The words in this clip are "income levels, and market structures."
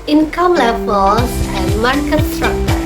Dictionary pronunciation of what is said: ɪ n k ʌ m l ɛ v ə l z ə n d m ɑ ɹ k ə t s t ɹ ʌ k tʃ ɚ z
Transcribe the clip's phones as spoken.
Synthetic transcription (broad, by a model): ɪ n k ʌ m l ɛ b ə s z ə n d m ɑ ɹ k ə t s t ɹ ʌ k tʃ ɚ